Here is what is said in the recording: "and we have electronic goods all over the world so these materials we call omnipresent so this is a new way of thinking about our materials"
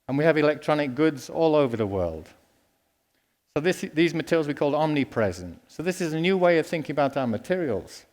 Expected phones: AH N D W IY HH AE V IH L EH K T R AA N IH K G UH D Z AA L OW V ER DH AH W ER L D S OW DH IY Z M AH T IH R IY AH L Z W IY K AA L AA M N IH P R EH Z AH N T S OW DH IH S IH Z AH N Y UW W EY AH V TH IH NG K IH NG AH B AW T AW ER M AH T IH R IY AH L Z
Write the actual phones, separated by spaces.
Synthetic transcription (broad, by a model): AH N W IY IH V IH L EH K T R AA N IH K G UH D Z AA L OW V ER DH AH W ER L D S OW DH IY Z M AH T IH R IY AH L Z W IY K AA L AA M N IH P R EH Z AH N T S OW DH IH S IH Z AH N Y UW W EY AH V TH IH NG K IH NG AH B AW T AW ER M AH T IH R IY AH L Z